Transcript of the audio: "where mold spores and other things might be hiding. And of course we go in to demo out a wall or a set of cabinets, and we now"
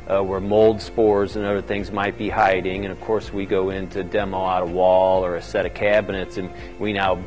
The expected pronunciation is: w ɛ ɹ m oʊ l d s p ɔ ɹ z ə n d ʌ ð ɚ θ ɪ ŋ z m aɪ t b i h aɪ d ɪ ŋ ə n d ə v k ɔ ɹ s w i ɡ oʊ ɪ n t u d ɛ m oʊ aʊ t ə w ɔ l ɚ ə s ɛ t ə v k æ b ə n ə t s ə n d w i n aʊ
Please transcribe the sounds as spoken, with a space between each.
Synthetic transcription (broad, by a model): w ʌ ɹ m oʊ l d s p ɔ ɹ z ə n ʌ ð ɚ θ ɪ ŋ z m aɪ t b i h aɪ d ɪ ŋ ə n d ə v k ɔ ɹ s w i ɡ oʊ ɪ n t u d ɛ m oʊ aʊ t ə w ɔ l ɚ ə s ɛ t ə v k æ b ə n ə t s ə n w i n aʊ